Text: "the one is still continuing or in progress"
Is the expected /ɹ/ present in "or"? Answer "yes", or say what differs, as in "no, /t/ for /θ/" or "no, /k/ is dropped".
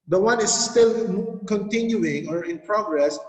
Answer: yes